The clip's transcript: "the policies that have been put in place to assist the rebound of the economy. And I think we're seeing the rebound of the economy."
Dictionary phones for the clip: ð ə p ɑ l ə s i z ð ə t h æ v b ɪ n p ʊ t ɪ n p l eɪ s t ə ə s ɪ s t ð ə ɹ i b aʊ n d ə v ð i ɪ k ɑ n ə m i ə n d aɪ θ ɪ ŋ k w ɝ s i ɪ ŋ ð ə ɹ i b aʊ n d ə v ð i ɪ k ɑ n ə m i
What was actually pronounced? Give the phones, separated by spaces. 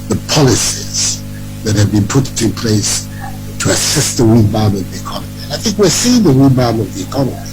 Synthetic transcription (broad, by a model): ð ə p ɑ l ə s i z ð ə t h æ v b ɪ n p ʊ t ɪ n p l eɪ s t ə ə s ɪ s t ð ə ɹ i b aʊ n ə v ð i ɪ k ɑ n ə m i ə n aɪ θ ɪ ŋ k w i s i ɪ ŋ ð ə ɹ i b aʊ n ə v ð i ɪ k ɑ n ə m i